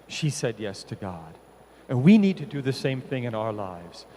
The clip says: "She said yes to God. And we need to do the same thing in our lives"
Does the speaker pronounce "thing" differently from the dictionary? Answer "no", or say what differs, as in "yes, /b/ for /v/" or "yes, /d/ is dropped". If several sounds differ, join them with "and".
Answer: no